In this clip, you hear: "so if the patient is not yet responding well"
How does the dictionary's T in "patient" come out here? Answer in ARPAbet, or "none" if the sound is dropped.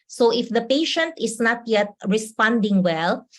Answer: T